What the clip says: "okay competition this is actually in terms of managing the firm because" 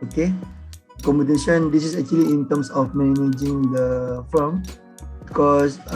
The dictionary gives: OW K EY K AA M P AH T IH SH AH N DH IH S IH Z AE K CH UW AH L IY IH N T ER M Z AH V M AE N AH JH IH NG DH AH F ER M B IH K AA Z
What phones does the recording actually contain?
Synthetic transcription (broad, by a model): OW K EY K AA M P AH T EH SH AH N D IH S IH S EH K CH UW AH L IY N T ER M S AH F M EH N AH JH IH NG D AH F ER M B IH K AA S